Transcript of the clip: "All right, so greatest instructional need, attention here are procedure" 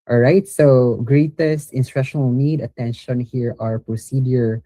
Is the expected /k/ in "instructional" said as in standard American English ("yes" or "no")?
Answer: no